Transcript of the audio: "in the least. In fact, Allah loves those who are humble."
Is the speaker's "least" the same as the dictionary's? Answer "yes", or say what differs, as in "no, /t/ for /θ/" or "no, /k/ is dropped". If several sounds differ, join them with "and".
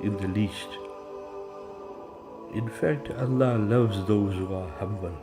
yes